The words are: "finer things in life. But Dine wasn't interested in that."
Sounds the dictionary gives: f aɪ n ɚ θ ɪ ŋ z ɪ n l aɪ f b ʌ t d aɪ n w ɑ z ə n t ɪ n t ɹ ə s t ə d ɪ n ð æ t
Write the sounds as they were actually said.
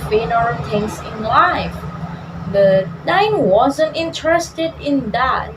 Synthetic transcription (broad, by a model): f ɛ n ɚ t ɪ ŋ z ɪ n l aɪ f b ʌ t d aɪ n w ɑ z ə n t ɪ n t ɹ ə s t ə d ɪ n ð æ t